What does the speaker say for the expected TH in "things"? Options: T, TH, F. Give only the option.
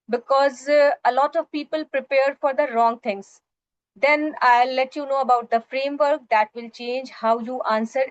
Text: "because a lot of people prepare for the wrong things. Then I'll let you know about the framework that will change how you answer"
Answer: T